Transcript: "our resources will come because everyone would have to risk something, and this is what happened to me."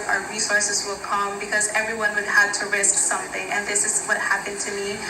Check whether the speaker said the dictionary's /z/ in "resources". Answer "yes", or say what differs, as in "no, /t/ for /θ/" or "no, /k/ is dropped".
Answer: yes